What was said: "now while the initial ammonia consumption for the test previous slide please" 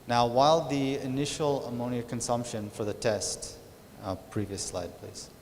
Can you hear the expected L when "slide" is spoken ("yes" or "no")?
yes